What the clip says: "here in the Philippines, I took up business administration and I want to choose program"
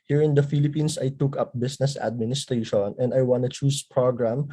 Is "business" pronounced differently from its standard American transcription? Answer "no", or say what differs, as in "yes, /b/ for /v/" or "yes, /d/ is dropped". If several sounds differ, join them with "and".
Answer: yes, /s/ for /z/